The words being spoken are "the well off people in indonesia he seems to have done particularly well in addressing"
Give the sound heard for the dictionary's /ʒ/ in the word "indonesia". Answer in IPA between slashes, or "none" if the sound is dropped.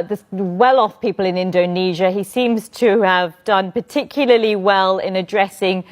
/ʒ/